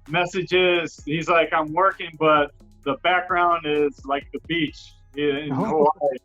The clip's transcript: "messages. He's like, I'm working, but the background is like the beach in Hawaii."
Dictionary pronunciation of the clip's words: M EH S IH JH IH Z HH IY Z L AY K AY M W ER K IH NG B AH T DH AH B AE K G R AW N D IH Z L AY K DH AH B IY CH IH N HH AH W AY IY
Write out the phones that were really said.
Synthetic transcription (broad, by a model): M EH S IH JH IH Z HH IY Z L AY K AY M W ER K IH NG B AH T DH AH B AE K G R AW N D IH Z L AY K DH AH B IY CH IH N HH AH AY